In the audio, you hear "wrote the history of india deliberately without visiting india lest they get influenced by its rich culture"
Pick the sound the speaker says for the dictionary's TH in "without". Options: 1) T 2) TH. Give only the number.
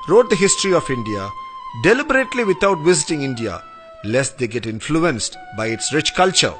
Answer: 1